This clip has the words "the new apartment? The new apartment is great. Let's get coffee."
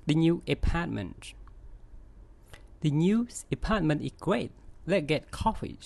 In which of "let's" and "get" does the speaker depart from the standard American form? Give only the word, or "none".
let's